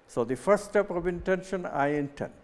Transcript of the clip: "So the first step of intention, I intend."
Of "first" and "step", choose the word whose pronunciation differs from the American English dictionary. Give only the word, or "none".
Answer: first